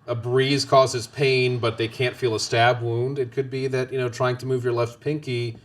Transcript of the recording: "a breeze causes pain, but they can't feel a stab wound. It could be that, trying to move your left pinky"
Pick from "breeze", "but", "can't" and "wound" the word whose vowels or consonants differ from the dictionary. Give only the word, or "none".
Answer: none